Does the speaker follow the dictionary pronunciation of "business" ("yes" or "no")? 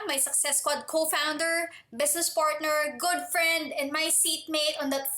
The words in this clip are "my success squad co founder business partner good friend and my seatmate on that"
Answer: no